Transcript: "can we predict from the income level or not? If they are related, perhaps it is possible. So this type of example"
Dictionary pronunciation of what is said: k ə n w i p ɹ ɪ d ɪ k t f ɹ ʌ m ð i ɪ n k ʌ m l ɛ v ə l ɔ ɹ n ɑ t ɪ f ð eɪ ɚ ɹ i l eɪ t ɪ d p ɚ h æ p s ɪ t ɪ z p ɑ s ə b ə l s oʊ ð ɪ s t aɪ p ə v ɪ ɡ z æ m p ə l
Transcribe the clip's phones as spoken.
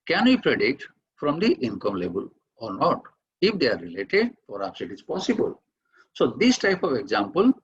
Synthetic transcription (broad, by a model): k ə n w i p ɹ ɪ d ɪ k t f ɹ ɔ m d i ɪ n k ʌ m l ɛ b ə l ɔ ɹ n ɑ t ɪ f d eɪ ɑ ɹ i l eɪ t ɪ d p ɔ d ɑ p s ɪ t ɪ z p ɑ s ə b ə l s oʊ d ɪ s t aɪ p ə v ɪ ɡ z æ m p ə l